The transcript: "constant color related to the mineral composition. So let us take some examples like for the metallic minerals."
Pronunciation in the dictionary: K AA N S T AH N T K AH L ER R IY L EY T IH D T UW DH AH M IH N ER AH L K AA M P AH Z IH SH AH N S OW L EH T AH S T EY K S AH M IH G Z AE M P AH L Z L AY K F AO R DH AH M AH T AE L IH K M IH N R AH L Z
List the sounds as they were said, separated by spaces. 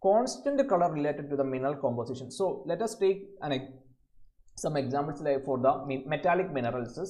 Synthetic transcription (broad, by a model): K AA N S T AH N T K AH L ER R IY L EY T IH D T UW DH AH M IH N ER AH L K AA M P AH S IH SH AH N S OW L EH T AH S T EY K S AH M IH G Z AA M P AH L S L AY K F AO R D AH M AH T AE L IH K M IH N R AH L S